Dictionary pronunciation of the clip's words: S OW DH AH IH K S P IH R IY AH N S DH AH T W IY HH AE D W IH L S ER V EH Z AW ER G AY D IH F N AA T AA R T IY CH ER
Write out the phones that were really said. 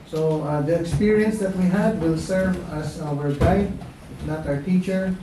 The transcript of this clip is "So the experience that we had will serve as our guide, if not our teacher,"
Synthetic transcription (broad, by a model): S OW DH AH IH K S P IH R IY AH N S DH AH T W IY HH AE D W IH L S ER V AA S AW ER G AY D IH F N AA T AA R T IY CH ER